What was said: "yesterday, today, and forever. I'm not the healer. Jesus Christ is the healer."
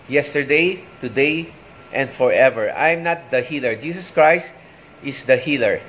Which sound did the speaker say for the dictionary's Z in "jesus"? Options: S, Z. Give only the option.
S